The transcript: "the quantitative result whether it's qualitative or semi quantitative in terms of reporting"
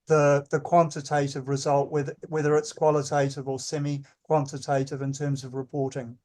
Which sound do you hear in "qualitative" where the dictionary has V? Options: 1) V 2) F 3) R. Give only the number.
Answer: 1